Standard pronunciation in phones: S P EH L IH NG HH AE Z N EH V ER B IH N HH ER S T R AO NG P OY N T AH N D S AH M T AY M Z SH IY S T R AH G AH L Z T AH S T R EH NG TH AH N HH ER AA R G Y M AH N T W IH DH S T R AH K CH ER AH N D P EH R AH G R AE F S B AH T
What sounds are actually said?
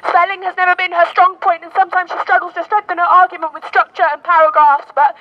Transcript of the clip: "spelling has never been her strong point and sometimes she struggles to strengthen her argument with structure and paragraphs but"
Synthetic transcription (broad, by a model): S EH L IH NG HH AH Z N EH V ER B IH N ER S T R AO NG P OY N T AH N S AH M T AY M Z SH IY S T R AH G L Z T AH S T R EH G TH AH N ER AA R G Y M AH N T W IH DH S T R AH K CH ER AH N P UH R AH G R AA S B AH T